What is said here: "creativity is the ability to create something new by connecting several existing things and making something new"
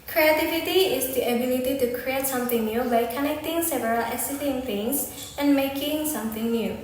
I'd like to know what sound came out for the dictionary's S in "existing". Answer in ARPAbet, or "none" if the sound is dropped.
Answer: none